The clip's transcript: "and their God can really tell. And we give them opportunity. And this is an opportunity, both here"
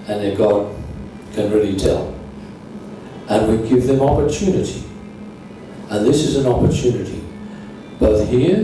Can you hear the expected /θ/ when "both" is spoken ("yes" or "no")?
yes